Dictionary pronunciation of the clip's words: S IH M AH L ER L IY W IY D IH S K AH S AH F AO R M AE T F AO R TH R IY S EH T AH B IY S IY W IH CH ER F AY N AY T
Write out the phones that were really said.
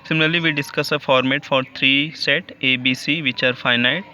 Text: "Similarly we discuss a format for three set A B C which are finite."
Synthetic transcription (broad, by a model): S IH M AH L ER L IY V IY D IH S K AH S AH F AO R M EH T F AO R T R IY S EH T AH B IY S IY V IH CH ER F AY N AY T